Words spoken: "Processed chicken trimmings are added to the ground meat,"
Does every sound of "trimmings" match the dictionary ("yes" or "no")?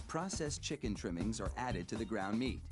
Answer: yes